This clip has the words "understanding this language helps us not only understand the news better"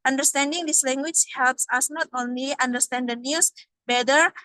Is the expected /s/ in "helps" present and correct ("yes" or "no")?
yes